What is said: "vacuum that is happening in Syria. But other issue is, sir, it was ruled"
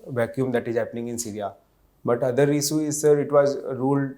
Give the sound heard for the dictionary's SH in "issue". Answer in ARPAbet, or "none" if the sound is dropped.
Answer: S